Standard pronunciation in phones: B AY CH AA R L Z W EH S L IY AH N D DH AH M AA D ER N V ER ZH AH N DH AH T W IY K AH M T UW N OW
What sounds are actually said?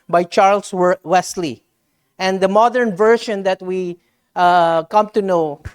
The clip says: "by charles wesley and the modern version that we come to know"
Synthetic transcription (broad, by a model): B AY CH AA R L S W EH S L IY AH N D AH M AA D ER N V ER SH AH N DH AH T W IY K AH M T UW N OW